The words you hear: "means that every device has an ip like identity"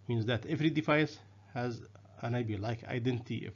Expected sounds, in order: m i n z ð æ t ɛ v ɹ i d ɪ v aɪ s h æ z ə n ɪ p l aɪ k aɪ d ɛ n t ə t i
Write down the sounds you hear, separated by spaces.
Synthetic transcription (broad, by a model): m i n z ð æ t ɛ v ɹ i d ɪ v aɪ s h æ z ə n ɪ b l aɪ k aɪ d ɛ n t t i